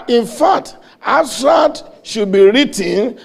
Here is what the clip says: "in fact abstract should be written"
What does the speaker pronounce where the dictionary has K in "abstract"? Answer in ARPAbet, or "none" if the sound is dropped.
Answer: none